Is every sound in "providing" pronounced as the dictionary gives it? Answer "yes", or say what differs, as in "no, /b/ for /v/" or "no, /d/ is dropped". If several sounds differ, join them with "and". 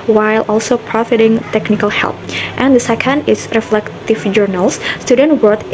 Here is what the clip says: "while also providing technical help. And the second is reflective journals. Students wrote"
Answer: no, /f/ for /v/